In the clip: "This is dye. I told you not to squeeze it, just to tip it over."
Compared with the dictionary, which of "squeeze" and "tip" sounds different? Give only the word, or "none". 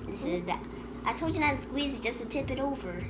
none